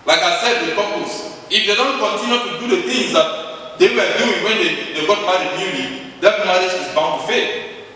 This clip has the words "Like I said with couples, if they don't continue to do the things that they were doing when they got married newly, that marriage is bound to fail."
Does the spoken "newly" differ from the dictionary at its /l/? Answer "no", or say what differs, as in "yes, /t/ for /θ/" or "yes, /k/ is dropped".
yes, /n/ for /l/